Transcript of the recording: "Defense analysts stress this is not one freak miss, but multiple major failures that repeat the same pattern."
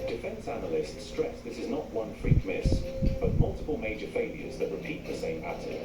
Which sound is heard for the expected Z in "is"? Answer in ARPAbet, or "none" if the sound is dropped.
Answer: Z